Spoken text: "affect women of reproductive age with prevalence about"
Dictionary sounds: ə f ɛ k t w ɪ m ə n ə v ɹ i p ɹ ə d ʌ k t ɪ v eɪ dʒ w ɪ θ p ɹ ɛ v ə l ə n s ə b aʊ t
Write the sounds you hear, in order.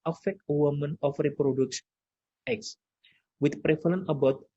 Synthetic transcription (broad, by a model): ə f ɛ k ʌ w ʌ m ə n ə f ɹ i p ɹ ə d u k s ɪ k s w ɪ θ p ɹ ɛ f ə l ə n ə b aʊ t